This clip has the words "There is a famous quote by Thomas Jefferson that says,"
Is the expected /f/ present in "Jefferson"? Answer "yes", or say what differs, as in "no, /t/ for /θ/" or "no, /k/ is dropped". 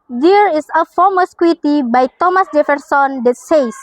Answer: yes